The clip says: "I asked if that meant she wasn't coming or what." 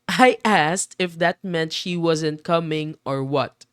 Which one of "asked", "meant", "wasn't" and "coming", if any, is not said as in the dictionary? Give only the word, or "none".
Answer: none